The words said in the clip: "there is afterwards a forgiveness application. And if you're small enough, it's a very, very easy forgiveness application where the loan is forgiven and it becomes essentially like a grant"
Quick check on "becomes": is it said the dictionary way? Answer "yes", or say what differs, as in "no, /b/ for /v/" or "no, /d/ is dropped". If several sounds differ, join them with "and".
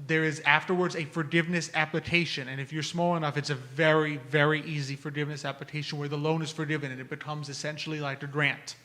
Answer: yes